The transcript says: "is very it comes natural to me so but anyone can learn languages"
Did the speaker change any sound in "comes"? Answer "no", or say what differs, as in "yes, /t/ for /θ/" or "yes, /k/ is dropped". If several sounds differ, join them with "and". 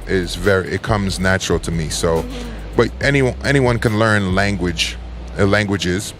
no